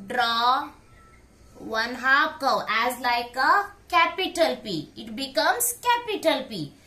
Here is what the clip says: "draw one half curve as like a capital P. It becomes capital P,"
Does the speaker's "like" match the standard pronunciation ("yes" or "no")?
yes